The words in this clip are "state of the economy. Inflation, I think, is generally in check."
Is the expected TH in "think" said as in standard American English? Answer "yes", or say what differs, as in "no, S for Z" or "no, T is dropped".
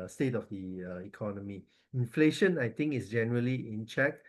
no, T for TH